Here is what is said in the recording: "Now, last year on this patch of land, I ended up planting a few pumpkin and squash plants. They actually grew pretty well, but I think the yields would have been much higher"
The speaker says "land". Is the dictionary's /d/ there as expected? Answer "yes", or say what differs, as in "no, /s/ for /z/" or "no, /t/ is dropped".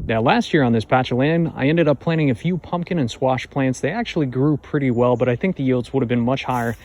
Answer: no, /d/ is dropped